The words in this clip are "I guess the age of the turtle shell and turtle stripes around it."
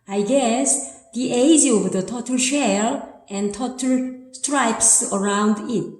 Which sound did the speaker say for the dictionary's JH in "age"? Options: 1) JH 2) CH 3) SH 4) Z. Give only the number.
4